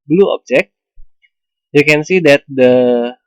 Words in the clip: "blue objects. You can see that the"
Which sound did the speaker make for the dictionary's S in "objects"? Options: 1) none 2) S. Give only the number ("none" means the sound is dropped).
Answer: 1